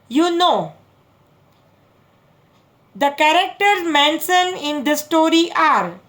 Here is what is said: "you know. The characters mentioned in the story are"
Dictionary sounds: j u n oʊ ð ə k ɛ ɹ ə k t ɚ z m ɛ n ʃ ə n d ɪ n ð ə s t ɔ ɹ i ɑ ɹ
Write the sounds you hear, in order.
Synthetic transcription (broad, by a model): j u n oʊ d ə k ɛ ɹ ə k t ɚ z m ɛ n s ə n ɪ n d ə s t ɔ ɹ i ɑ ɹ